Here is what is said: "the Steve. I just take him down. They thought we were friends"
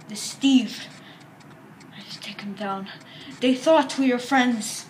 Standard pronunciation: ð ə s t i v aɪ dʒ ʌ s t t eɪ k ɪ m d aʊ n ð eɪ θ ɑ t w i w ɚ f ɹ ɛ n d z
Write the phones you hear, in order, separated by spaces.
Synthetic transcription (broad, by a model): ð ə s t i v aɪ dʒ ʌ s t t eɪ k ɪ m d aʊ n ð eɪ θ ɑ t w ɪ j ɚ f ɹ ɛ n d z